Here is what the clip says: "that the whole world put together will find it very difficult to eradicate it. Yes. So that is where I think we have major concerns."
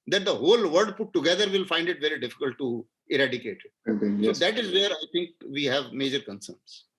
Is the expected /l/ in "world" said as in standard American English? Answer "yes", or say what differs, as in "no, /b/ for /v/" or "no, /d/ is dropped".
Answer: no, /l/ is dropped